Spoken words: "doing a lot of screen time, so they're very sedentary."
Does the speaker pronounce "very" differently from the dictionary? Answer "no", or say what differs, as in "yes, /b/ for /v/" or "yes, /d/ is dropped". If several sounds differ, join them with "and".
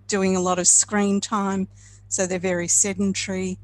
no